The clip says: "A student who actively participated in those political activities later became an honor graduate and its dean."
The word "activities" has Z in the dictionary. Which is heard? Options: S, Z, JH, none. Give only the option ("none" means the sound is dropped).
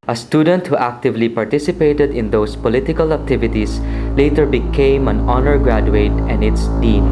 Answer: S